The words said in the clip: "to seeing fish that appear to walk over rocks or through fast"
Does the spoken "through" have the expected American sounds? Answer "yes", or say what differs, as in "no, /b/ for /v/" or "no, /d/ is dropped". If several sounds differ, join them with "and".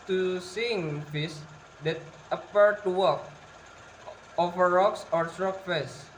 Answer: no, /s/ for /θ/